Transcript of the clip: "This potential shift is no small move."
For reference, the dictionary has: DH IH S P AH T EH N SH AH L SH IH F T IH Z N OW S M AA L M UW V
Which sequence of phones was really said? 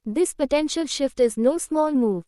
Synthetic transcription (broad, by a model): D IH S P AH T EH N SH AH L SH IH F T IH Z N OW S M AA L M UW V